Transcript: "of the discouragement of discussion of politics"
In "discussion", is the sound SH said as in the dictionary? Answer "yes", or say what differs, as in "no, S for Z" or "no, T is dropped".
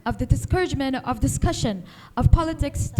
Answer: yes